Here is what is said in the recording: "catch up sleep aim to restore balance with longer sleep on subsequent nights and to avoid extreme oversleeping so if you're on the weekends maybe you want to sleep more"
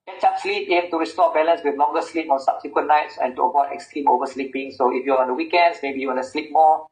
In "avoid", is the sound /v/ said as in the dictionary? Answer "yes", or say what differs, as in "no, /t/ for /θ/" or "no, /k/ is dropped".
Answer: no, /p/ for /v/